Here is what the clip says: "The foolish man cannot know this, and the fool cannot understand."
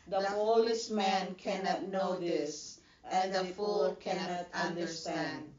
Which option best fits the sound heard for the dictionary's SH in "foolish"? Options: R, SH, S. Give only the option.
S